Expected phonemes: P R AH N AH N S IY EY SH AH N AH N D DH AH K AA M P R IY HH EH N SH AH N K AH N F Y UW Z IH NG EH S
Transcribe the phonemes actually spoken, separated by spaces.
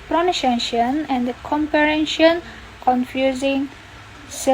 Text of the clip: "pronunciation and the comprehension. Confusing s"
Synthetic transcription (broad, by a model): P R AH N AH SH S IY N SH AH N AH N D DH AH K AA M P IY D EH N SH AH N K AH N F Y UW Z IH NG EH